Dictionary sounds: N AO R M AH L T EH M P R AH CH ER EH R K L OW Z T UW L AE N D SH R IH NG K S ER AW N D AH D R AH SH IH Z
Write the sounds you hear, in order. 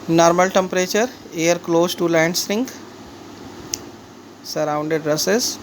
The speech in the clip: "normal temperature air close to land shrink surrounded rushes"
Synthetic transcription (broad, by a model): N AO R M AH L T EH M P R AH CH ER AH R K L OW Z T UW L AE N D S R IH NG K S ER AW N D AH D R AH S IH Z